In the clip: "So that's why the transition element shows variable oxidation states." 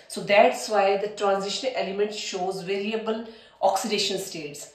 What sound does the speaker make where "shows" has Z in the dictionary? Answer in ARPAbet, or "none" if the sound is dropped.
Z